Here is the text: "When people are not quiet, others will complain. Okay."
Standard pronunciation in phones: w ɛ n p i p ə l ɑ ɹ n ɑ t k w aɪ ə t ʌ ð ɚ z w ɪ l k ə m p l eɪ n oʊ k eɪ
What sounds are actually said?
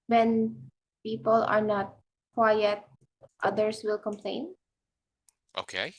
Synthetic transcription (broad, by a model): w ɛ n p i p ə l ɑ ɹ n ɑ t k w aɪ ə t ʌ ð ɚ s w ɪ l k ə m p l eɪ n oʊ k eɪ